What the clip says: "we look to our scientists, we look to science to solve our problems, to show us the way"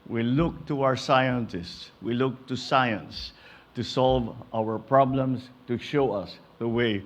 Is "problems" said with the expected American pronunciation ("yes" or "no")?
no